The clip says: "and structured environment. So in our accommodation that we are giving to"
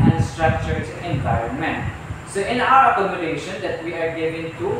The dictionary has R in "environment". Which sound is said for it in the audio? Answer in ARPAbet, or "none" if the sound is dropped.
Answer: none